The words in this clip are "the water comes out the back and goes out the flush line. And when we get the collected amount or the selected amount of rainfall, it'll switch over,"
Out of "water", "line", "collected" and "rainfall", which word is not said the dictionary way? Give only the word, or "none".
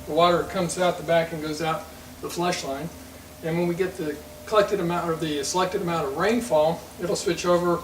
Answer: none